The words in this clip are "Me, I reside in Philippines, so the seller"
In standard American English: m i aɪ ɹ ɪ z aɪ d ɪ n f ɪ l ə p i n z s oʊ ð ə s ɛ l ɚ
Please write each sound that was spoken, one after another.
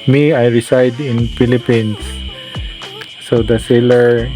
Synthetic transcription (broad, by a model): m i aɪ ɹ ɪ s aɪ d ɪ n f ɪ l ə p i n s s oʊ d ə s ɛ l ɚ